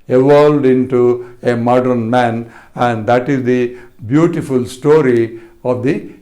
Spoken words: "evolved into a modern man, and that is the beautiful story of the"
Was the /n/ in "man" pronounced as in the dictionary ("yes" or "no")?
yes